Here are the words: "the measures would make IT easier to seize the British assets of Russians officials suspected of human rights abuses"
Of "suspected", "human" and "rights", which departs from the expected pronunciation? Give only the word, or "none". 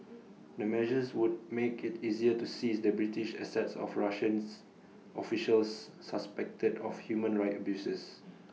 rights